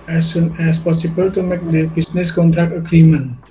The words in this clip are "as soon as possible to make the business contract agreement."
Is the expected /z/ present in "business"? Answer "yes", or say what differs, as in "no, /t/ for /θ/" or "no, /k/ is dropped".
no, /s/ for /z/